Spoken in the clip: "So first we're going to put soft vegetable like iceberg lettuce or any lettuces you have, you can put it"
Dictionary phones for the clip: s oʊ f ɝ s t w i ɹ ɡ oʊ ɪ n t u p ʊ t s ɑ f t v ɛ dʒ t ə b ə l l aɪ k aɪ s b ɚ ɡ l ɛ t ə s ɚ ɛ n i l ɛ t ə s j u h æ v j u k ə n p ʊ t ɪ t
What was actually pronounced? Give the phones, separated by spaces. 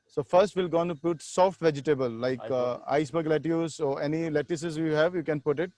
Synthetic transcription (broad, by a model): s oʊ f ɝ s t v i l ɡ oʊ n t u p ʊ t s ɑ f t v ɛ dʒ t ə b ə l l aɪ k aɪ s b ɚ ɡ l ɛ t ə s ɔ ɛ n i l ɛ t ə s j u h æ v j u k ə n p ʊ t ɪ t